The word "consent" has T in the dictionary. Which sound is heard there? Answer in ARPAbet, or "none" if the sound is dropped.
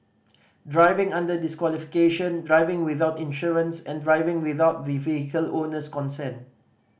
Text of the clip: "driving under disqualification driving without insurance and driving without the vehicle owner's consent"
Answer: none